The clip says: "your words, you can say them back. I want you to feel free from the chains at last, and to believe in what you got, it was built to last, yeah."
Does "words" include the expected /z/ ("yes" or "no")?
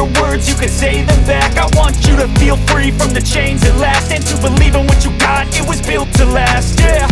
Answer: yes